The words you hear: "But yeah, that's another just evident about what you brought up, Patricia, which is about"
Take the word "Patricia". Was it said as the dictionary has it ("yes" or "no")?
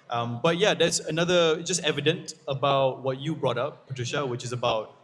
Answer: yes